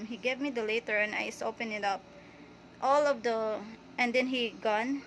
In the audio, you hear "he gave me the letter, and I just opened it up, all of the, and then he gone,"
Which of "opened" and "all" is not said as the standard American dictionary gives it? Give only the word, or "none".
opened